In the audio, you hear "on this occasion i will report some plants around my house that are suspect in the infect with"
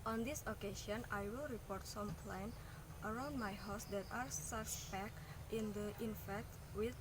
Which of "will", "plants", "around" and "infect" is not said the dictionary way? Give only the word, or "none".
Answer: plants